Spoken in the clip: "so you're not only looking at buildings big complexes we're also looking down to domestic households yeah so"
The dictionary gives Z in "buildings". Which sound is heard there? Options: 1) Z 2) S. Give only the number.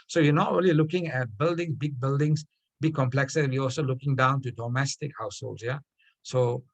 2